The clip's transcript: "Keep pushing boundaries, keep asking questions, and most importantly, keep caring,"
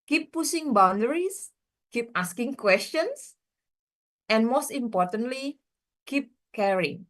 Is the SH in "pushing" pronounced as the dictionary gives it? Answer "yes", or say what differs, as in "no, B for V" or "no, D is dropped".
no, S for SH